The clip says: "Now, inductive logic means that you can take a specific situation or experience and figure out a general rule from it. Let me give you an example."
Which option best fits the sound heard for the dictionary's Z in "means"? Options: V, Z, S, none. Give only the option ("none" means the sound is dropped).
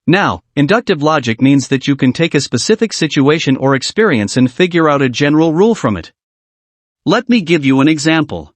Z